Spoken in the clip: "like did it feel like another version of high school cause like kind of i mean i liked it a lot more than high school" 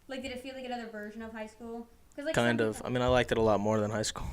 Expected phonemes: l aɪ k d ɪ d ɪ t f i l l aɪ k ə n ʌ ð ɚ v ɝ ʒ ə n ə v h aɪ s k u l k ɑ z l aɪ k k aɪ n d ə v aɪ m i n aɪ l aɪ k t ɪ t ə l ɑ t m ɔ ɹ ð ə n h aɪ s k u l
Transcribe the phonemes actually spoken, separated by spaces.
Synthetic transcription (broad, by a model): l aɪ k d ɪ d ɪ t f i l l aɪ k ə n ʌ ð ɚ v ɝ ʒ ə n ə v h aɪ s k u l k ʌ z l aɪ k k aɪ n d ə v aɪ m i n aɪ l aɪ k t ɪ t ə l ɑ t m ɔ ɹ ð ə n h aɪ s k u l